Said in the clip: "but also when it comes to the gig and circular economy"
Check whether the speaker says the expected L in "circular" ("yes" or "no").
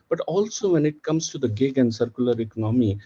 yes